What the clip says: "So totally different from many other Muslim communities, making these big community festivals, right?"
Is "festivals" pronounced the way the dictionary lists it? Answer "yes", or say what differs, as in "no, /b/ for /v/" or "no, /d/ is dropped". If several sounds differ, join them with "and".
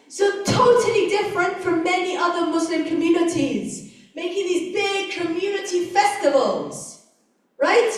yes